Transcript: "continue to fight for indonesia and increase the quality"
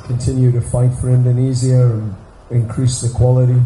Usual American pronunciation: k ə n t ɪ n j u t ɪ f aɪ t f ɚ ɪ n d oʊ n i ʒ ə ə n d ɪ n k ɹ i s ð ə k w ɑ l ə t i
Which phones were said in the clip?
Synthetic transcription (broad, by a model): k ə n t ɪ n j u t ɪ f aɪ t f ɚ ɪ n d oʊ n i z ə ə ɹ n ɪ n k ɹ i s ð ə k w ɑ l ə t i